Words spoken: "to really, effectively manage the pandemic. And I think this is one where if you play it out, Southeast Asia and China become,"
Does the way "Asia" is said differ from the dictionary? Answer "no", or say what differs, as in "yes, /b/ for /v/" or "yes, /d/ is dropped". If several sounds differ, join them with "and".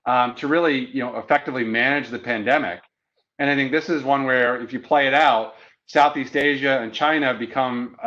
no